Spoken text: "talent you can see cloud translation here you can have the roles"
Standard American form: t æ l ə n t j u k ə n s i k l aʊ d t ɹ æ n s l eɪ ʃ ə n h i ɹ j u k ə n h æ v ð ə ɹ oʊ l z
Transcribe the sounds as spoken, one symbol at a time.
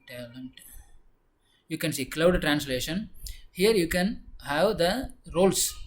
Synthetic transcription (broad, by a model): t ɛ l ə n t j u k ə n s i k l aʊ d t ɹ æ n s l eɪ ʃ ə n h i ɹ j u k ə n h æ v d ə ɹ oʊ l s